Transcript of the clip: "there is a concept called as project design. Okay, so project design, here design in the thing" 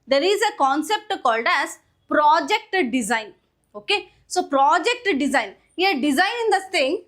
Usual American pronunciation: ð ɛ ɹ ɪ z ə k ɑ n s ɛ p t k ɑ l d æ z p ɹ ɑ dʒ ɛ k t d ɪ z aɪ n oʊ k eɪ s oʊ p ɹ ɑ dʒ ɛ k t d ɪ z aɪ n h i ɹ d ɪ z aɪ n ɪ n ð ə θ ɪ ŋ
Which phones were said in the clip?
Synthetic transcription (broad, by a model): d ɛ ɹ ɪ z ə k ɑ n s ɛ p t k ɑ l d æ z p ɹ ɑ dʒ ɛ k t d ɪ z aɪ n oʊ k eɪ s oʊ p ɹ ɑ dʒ ɛ k t d ɪ z aɪ n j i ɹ d ɪ z aɪ n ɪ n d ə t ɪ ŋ